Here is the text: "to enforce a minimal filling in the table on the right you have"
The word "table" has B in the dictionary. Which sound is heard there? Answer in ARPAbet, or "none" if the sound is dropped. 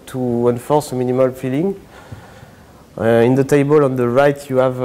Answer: B